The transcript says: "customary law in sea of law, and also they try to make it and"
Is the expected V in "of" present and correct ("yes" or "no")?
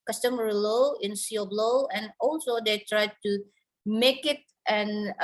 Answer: no